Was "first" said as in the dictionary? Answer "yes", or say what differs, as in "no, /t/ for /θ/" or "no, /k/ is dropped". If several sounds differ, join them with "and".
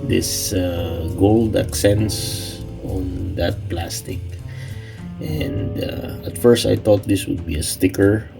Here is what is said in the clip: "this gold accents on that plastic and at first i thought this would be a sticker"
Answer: yes